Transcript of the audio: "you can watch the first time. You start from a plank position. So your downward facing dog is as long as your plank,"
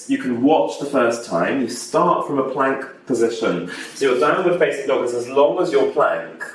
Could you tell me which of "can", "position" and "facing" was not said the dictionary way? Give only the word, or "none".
facing